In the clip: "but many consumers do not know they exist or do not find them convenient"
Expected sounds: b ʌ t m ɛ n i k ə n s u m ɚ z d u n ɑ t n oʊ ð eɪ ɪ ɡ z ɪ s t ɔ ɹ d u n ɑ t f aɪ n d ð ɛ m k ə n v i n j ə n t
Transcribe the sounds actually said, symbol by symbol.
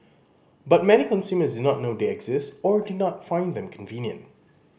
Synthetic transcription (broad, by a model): b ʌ t m ɛ n i k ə n s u m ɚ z d u n ɑ t n oʊ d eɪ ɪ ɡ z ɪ s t ɔ ɹ d u n ɑ t f aɪ n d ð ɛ m k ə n v i n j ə n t